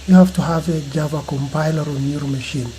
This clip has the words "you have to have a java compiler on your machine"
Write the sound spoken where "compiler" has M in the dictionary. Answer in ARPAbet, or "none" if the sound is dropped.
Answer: M